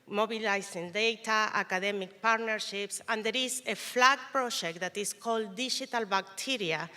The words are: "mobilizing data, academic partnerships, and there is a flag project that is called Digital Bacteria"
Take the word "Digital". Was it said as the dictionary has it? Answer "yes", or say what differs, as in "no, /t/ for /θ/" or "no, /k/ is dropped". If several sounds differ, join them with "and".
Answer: no, /ʃ/ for /dʒ/